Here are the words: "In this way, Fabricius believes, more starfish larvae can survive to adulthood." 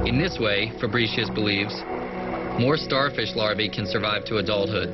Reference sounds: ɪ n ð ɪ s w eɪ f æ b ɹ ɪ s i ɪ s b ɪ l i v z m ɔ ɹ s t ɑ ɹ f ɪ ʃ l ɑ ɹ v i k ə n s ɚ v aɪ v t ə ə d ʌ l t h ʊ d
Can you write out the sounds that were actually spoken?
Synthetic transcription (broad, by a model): ɪ n ð ɪ s w eɪ f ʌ b ɹ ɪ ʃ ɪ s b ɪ l i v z m ɔ ɹ s t ɑ ɹ f ɪ ʃ l ɑ ɹ v i k ə n s ɚ v aɪ v t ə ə d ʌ l t h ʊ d